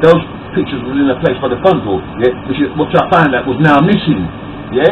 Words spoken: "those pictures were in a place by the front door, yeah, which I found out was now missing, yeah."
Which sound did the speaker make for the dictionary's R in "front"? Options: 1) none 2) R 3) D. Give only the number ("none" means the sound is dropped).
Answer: 1